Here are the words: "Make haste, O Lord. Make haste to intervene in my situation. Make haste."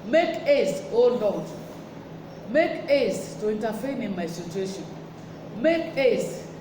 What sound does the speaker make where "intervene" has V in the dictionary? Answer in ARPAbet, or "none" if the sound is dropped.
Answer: F